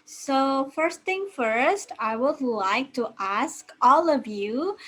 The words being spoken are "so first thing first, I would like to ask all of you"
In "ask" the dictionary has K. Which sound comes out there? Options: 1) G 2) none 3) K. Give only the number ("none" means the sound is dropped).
3